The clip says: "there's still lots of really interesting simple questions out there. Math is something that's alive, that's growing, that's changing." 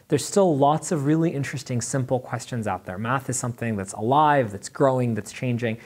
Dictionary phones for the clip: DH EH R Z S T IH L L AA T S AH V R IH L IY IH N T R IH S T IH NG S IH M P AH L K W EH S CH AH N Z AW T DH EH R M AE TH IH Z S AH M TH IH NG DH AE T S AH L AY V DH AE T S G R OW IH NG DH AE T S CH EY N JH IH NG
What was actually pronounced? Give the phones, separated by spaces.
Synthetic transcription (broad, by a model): DH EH R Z S T IH L L AA T S AH V R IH L IY IH N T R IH S T IH NG S IH M P L K W EH S CH AH N Z AW T DH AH R M AE TH IH Z S AH M TH IH NG DH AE T S AH L AY V DH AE T S G R OW IH NG DH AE T S CH EY N JH IH NG